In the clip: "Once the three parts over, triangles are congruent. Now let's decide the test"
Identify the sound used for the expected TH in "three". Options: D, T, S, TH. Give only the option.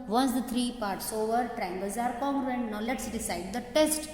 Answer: T